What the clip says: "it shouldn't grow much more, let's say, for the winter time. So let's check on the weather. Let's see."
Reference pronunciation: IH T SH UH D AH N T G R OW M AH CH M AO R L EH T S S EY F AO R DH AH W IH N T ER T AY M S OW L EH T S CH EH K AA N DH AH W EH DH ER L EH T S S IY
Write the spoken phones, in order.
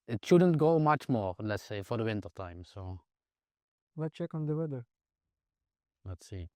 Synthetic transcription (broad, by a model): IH T SH UH D AH N T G OW M AH CH M AO R L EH T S S EY F AO R DH AH W IH N T ER T AY M S OW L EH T CH EH K AA N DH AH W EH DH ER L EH T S S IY